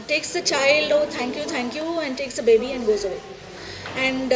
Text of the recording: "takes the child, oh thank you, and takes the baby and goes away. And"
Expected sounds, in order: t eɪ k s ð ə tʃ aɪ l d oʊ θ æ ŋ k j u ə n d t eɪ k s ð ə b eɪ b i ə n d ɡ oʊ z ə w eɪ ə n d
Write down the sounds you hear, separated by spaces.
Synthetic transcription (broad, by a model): t eɪ k s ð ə tʃ aɪ l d oʊ t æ ŋ k j u ə n d t eɪ k s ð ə b eɪ b i ə n d ɡ oʊ z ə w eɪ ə n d